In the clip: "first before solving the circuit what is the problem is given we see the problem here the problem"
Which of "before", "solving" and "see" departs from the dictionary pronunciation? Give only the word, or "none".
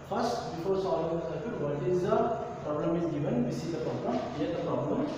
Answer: solving